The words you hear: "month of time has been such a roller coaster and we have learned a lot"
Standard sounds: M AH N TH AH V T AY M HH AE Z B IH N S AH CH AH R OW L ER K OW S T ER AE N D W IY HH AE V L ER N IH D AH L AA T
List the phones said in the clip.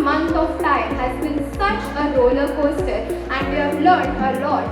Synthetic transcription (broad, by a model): M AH N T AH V T AY M HH AE Z B IH N S AH CH AH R OW L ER K OW S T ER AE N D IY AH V L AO IH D AH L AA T